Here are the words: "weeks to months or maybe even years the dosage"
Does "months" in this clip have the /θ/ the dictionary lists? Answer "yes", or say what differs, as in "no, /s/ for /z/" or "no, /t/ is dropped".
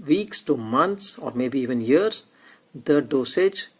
no, /t/ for /θ/